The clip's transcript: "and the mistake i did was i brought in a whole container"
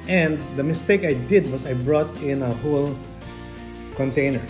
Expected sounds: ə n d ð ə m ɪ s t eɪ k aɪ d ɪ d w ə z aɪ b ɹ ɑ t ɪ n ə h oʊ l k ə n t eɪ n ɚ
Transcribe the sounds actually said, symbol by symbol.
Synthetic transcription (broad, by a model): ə n d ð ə m ɪ s t eɪ k aɪ d ɪ d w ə s aɪ b ɹ ɑ t ɪ n ə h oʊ l k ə n t eɪ n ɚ